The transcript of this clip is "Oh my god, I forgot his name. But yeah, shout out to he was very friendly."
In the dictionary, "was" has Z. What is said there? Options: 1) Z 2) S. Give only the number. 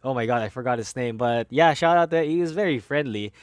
1